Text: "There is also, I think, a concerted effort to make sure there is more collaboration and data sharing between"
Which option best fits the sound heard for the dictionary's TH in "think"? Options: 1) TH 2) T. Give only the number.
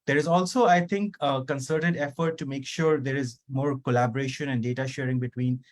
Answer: 2